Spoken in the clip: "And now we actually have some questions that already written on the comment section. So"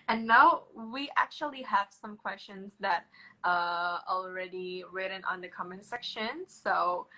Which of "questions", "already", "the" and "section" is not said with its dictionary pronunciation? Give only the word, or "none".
none